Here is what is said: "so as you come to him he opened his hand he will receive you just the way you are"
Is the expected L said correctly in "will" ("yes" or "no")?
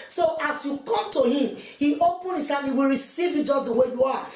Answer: yes